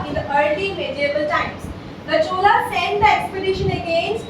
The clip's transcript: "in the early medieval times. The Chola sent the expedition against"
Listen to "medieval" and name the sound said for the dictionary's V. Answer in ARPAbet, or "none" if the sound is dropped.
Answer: B